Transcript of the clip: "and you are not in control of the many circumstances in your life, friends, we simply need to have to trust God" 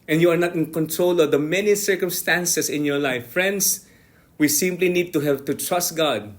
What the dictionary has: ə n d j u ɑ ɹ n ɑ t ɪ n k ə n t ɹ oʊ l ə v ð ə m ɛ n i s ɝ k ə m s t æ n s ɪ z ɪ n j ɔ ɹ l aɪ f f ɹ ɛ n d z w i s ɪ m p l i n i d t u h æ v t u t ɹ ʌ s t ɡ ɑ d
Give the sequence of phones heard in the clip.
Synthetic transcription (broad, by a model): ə n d j u ɑ ɹ n ɑ t ɪ n k ə n t ɹ oʊ l ə v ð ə m ɛ n i s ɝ k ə m s t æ n s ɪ s ɪ n j ɔ ɹ l aɪ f f ɹ ɛ n d s w i s ɪ m p l i n i d t u h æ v t u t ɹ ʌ s t ɡ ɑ d